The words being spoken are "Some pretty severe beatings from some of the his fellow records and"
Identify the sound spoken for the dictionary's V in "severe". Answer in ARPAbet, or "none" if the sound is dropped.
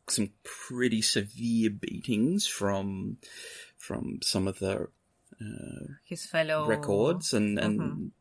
V